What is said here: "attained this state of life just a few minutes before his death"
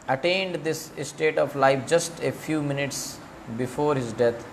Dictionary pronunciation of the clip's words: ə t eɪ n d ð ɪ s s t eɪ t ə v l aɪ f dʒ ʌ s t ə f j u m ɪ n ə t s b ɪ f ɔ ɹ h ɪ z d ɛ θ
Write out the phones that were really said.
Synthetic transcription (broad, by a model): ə t eɪ n d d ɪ s s t eɪ t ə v l aɪ f dʒ ʌ s t ə f j u m ɪ n ə t s b ɪ f ɔ ɹ h ɪ z d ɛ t